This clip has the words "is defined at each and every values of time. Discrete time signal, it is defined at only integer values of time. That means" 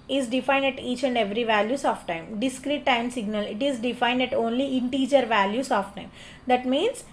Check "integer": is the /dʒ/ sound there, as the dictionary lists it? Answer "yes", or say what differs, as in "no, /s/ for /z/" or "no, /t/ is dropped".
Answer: yes